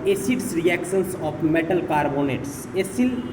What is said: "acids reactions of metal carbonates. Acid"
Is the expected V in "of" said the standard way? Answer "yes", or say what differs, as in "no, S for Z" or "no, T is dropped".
no, P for V